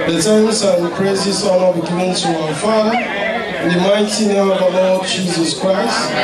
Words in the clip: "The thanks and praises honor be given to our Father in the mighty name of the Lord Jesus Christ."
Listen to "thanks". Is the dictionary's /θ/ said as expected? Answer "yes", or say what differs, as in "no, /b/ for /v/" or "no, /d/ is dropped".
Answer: no, /t/ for /θ/